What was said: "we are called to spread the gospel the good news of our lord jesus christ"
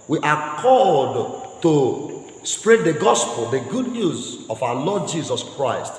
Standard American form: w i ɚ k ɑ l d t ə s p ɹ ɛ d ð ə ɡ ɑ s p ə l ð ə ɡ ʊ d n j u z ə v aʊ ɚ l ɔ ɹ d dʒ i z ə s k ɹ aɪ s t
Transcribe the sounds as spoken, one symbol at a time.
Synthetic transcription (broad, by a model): w i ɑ k ɑ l d t ə s p ɹ ɛ d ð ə ɡ ɑ s p ə l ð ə ɡ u d n j u z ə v aʊ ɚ l ɔ d dʒ i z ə s k ɹ aɪ s t